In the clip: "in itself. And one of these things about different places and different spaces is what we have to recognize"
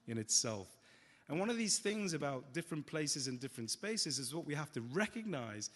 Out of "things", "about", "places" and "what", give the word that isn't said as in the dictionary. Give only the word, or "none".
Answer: none